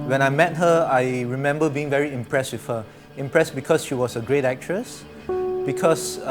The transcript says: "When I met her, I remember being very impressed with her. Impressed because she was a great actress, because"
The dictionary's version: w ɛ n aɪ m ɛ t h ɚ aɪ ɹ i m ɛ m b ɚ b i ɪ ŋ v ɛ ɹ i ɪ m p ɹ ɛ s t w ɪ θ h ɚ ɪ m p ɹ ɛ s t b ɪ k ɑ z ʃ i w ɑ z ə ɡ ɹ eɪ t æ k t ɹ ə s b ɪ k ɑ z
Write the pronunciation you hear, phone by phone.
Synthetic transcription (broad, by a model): w ɛ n aɪ m ɛ t h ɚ aɪ ɹ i m ɛ m b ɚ b i ɪ ŋ v ɛ ɹ i ɪ m p ɹ ɛ s t w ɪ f h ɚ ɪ m p ɹ ɛ s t b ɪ k ɑ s ʃ i w ɑ s ə ɡ ɹ eɪ t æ k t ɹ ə s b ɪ k ɑ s